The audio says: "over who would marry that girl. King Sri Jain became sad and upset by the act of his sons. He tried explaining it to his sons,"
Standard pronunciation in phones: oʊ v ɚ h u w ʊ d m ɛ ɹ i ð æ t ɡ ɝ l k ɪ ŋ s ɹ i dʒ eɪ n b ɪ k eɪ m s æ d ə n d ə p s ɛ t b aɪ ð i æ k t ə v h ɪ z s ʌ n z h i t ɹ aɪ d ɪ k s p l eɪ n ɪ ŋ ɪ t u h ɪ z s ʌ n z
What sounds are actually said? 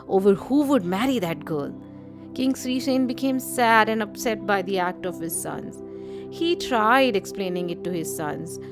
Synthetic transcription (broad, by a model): oʊ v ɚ h u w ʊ d m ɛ ɹ i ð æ t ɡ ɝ l k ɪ ŋ s ɹ i ʃ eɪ n b ɪ k eɪ m s æ d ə n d ə p s ɛ t b aɪ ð i æ k t ə v h ɪ z s ʌ n z h i t ɹ aɪ d ɪ k s p l eɪ n ɪ ŋ ɪ t u h ɪ z s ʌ n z